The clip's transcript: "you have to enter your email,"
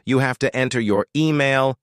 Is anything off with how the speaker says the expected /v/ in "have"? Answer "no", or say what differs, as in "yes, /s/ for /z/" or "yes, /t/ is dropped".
yes, /f/ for /v/